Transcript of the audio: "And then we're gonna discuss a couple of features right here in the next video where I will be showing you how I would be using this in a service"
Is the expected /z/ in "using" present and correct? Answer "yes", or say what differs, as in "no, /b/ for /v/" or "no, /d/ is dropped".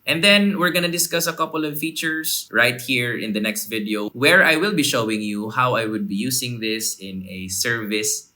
no, /s/ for /z/